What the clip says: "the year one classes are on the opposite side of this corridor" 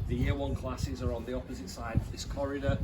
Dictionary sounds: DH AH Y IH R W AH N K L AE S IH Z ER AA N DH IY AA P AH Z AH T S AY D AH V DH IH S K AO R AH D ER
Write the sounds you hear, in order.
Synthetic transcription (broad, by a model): DH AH Y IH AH W AH N K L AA S IH Z ER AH N DH IY AA P AH Z AH T S AY D AH V DH IH S K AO R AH D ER